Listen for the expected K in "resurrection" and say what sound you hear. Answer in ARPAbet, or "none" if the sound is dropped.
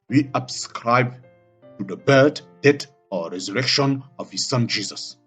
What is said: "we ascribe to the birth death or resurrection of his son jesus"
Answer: K